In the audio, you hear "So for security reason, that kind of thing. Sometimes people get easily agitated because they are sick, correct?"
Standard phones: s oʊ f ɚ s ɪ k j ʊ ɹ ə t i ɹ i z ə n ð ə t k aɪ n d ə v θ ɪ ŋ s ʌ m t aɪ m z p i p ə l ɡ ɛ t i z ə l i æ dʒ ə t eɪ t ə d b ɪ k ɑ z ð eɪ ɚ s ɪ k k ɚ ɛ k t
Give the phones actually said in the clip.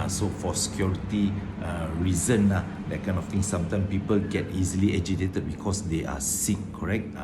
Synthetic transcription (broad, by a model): s oʊ f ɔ s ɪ k j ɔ ɹ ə t i ɹ i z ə n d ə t k aɪ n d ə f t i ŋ s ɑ m t aɪ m s p i p ə l ɡ ɛ t i z ə l i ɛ dʒ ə t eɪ t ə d b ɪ k ɑ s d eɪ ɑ s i k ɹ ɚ ɛ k t